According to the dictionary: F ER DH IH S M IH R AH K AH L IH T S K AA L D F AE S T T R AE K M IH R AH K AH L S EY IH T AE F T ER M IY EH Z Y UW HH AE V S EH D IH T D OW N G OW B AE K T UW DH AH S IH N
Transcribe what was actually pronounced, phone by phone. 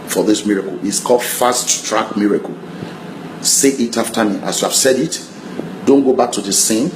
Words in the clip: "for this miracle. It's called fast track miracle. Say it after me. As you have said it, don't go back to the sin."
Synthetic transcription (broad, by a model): F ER DH IH S M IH R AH K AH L IH T S K AA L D F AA S T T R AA K M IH R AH K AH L S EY IH T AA F T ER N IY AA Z Y UW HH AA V S EH D IH T D OW N G OW B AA K T UW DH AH S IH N